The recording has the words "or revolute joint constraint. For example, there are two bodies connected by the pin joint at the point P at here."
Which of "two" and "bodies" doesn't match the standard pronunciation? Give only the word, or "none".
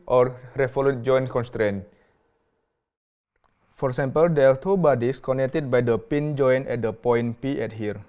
bodies